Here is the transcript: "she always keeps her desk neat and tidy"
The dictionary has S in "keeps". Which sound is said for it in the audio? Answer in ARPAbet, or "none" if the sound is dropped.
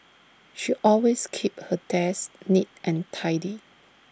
none